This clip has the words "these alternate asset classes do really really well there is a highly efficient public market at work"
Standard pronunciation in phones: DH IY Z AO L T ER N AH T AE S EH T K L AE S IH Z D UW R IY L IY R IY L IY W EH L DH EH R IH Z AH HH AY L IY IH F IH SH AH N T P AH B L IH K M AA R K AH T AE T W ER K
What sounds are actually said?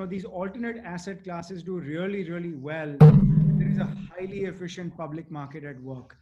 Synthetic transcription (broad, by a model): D IY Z AO L T ER N AH T AE S EH T K L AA S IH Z D UW R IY L IY R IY L IY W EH L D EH R IH Z AH HH AY L IY IH F IH SH AH N T P AH B L IH K M AA R K AH T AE T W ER K